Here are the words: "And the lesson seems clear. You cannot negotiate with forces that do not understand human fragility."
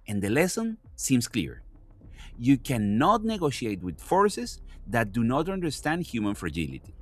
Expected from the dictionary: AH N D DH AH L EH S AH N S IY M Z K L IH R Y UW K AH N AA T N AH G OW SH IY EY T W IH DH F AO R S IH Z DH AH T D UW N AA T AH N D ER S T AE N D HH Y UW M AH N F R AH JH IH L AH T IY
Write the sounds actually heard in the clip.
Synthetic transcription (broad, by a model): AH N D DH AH L EH S AH N S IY M S K L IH R Y UW K AH N AA T N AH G OW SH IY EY T W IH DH F AO R S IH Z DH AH T D UW N AA T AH N D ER S T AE N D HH Y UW M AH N F R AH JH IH L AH T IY